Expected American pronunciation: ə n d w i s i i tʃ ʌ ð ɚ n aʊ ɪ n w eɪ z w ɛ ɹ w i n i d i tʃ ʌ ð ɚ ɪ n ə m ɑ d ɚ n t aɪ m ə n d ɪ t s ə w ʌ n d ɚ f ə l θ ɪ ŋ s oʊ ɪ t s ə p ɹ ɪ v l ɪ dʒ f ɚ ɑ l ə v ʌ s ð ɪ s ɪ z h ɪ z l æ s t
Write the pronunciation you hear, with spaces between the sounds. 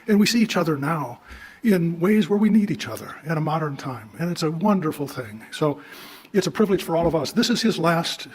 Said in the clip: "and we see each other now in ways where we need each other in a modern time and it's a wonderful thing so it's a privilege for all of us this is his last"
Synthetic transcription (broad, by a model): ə n w i s i i tʃ ʌ ð ɚ n aʊ ɪ n w eɪ z w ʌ ɹ w i n i d i tʃ ʌ ð ɚ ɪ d ə m ɑ d ɚ n t aɪ m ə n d ɪ t s ə w ʌ n d ɚ f l θ ɪ ŋ s oʊ ɪ t s ə p ɹ ɪ v l ɪ dʒ f ɚ ɑ l ə v ʌ s ð ɪ s ɪ z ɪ z l æ s t